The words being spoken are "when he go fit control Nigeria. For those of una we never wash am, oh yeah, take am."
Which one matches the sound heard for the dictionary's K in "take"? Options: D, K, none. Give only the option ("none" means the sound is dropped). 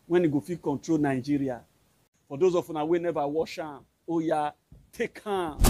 K